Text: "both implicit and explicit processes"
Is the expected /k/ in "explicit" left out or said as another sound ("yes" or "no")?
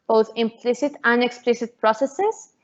no